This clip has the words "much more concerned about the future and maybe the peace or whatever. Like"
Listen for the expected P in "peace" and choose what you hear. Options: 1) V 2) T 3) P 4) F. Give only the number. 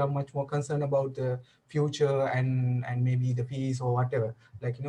4